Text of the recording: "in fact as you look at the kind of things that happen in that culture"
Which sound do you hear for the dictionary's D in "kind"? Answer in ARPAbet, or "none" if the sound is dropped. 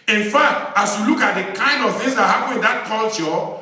D